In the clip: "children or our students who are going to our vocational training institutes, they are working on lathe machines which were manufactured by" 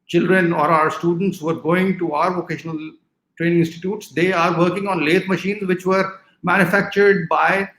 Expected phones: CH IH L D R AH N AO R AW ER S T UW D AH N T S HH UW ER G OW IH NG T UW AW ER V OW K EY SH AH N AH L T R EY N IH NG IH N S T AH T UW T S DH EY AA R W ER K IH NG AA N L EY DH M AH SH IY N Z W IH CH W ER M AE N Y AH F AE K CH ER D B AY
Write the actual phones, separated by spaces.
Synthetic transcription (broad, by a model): CH IH L D R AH N AO R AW ER S T UW D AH N T S HH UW ER G OW IH NG T UW AW ER V OW K EY SH AH N AH L T R EY N IH NG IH N S T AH T UW T S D EY AA R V ER K IH NG AA N L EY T M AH SH IY N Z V IH CH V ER M AE N Y AH F AE K CH ER D B AY